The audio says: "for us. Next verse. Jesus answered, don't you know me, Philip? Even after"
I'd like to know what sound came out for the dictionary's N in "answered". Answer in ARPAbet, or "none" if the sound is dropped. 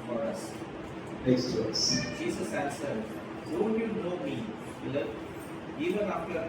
L